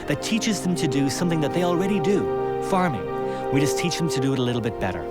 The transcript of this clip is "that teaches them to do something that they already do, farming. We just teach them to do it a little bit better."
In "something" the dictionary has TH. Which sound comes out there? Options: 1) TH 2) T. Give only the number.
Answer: 1